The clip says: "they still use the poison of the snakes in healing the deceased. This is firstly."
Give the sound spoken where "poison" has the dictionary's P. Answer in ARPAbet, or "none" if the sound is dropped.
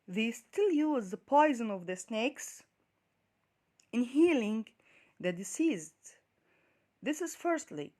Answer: P